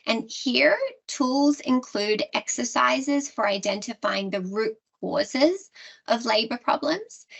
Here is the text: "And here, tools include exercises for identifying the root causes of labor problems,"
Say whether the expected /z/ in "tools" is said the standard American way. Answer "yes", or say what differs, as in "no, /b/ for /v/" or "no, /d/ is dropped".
yes